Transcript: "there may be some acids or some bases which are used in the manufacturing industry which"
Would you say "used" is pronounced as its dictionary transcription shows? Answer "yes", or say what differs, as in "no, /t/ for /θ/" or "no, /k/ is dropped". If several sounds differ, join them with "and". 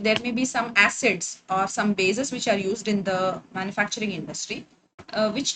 yes